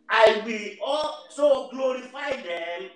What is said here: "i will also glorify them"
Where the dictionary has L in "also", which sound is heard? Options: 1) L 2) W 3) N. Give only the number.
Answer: 1